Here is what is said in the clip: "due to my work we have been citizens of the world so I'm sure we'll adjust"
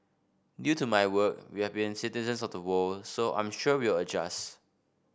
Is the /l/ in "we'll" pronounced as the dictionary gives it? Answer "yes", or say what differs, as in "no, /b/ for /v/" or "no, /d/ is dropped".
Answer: no, /w/ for /l/